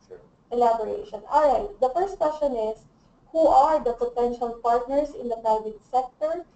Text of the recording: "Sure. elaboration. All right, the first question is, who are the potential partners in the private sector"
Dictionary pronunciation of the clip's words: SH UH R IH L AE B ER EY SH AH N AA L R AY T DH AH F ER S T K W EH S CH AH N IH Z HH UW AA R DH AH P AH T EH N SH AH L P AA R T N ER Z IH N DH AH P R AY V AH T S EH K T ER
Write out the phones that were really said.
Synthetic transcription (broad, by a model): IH L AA B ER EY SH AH N AA L R AY T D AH F ER S T K W EH S CH AH N IH S HH UW AA R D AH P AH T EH N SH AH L P AA R T N ER S IH N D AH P R AY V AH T S EH K T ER